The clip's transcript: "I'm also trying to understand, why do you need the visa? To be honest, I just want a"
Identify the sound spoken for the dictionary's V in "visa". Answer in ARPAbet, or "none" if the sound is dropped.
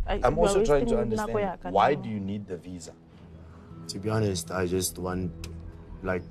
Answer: V